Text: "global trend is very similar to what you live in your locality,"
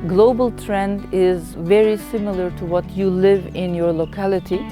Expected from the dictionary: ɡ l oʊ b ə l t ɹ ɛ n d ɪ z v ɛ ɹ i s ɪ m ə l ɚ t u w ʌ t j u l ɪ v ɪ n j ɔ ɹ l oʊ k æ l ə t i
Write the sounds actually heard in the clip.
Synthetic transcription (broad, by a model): ɡ l oʊ b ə l t ɹ ɛ n d ɪ z v ɛ ɹ i s ɪ m ə l ɚ t u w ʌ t j u l ɪ v ɪ n j ɔ ɹ l oʊ k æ l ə t i